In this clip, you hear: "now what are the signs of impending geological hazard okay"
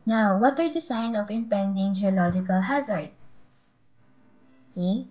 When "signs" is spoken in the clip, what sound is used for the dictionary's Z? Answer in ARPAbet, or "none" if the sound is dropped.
none